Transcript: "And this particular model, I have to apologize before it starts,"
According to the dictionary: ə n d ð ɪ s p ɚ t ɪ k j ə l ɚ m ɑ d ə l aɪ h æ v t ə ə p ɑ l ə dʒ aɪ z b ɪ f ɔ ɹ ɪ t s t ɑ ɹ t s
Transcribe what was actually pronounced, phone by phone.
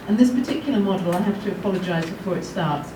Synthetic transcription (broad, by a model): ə n ð ɪ s p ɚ t ɪ k j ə l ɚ m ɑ d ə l aɪ h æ f t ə ə p ɑ l ə dʒ aɪ z b ɪ f ɔ ɹ ɪ t s t ɑ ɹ t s